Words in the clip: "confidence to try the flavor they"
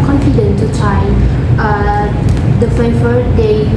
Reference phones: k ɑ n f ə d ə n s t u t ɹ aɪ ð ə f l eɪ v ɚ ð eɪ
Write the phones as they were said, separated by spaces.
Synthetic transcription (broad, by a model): k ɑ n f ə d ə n t u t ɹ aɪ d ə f eɪ f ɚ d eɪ